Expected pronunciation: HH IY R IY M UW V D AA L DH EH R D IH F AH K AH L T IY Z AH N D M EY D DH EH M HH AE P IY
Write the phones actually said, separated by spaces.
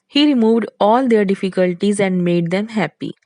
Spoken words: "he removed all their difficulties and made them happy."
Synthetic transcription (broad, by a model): HH IY R IY M UW V D AA L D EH R D IH F AH K AH L T IY Z AH N D M EY D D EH M HH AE P IY